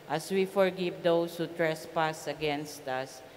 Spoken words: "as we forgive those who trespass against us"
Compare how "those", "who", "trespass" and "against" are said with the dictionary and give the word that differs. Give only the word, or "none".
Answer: those